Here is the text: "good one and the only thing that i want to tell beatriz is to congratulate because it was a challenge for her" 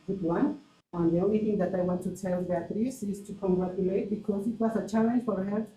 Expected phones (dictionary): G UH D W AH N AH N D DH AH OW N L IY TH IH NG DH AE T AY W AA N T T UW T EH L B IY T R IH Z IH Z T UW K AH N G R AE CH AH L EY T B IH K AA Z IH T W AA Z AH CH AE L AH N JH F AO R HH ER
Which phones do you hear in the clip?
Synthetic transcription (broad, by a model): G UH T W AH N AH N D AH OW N IY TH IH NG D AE T AY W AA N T T UW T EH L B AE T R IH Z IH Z T UW K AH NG G R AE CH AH L EY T B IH K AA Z IH T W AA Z AH CH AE L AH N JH F AO R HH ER